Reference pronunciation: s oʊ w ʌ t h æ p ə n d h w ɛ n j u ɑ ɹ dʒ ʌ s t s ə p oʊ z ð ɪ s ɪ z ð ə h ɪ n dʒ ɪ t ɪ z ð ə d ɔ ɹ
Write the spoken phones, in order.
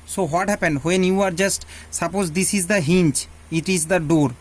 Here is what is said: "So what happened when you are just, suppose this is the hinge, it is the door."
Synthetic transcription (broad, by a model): s oʊ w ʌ t h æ p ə n d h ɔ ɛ n j u ɑ ɹ dʒ ʌ s t s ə p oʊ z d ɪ s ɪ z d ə h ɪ n tʃ ɪ t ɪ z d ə d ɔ ɹ